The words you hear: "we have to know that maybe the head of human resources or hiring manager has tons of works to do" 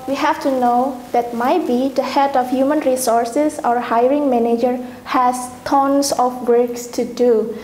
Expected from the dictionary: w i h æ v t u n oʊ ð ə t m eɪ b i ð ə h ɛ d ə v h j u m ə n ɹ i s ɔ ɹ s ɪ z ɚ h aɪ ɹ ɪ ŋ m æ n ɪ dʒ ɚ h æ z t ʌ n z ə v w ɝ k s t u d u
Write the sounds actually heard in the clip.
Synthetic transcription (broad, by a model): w i h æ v t u n oʊ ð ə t m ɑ b i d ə h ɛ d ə f h j u m ə n ɹ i s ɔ ɹ s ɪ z ɚ h aɪ ɹ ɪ ŋ m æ n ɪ dʒ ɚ h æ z t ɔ n s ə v w ɝ k s t u d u